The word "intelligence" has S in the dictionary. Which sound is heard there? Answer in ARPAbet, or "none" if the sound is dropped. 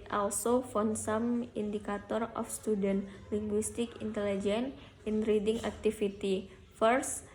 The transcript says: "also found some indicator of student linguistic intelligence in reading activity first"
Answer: none